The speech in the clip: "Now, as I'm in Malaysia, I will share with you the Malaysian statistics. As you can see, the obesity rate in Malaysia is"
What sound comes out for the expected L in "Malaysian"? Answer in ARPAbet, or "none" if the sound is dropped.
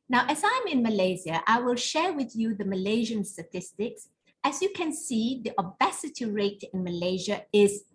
L